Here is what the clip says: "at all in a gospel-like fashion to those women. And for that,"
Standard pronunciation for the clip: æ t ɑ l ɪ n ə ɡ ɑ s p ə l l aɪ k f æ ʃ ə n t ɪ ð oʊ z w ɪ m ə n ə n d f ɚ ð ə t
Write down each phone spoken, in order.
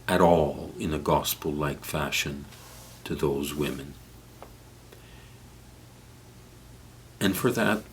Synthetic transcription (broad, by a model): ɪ t ɑ l ɪ n ə ɡ ɑ s p l l aɪ k f æ ʃ ə n t ɪ ð oʊ z w ɪ m ə n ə n f ɚ ð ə t